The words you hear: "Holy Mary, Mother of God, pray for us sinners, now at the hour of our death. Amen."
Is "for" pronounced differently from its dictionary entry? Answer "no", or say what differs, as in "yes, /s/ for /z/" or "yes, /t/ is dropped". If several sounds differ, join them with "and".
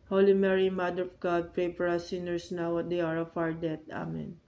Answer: yes, /p/ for /f/